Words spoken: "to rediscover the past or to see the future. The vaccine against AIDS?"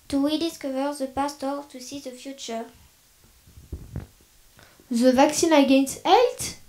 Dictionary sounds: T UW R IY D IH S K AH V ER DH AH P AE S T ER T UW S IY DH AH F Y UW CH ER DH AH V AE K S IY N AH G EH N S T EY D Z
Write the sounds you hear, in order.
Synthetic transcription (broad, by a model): T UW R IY D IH S K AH V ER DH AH P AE S T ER T UW S IY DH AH F Y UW CH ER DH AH V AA K S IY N AH G EH N S T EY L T